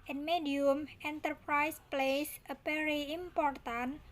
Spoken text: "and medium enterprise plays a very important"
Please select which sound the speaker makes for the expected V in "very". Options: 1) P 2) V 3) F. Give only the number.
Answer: 1